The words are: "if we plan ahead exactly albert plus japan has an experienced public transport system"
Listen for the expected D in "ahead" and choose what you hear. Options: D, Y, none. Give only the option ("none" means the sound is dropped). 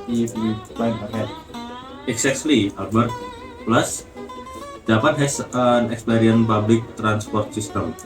none